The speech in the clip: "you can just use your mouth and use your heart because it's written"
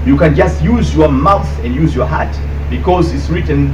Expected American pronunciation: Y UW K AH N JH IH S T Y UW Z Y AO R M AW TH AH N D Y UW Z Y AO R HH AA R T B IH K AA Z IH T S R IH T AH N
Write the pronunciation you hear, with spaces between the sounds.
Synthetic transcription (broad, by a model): Y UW K AH N JH IH S T Y UW Z Y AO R M AW TH AH N D Y UW Z Y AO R HH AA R T B IH K AA Z IH T S R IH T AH N